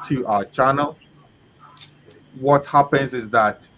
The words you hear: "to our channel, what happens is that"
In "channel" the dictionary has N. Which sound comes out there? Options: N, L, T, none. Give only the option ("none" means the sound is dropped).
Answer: N